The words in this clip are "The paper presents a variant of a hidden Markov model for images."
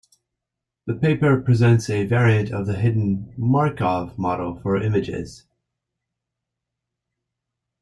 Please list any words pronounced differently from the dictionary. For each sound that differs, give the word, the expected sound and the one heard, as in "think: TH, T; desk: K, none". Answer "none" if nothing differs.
variant: N, none